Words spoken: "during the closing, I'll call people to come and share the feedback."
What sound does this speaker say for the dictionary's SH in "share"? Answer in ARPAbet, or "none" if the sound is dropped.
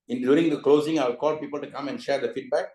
SH